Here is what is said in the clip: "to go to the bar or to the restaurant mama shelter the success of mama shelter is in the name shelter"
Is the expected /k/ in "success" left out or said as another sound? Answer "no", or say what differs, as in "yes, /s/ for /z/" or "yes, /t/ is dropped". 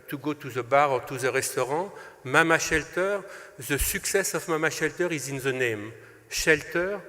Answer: no